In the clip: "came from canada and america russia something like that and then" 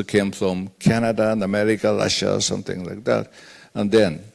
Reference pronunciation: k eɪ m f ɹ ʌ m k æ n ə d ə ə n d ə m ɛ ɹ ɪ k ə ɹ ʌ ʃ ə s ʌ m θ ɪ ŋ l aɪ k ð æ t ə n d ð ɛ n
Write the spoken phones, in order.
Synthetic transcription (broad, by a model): k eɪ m f ɹ ʌ m k æ n ə d ə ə n ə m ɛ ɹ ɪ k ə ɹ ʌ ʃ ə s ʌ m θ ɪ ŋ l aɪ k ð æ t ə n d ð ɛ n